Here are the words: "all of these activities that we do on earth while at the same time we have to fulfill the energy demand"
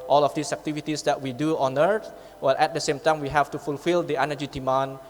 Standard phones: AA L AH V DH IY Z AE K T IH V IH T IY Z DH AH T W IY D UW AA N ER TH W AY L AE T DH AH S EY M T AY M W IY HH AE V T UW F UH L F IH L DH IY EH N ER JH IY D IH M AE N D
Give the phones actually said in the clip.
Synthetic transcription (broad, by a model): AA L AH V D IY S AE K T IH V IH T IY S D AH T W IY D UW AA N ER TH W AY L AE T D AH S EY M T AY M W IY HH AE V T UW F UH L F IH L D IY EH N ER JH IY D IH M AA N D